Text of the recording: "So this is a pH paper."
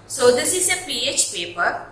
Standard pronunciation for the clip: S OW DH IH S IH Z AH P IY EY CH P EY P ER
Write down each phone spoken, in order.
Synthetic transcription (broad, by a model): S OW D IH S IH S AH P IY EY CH P EY P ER